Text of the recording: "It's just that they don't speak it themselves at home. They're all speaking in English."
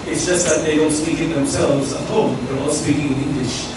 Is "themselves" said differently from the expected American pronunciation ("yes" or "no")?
no